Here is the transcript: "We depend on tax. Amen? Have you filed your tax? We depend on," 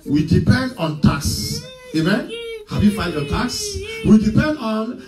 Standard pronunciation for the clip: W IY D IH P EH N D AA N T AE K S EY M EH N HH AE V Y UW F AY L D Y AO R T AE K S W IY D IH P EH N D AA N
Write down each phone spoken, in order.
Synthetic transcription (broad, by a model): W IY D IH P EH N D AA N T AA K S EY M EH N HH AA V Y UW F AY N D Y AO T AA K S W IY D IH P EH N D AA N